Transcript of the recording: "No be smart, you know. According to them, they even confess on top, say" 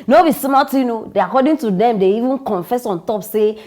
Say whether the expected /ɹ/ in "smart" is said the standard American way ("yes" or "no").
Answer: no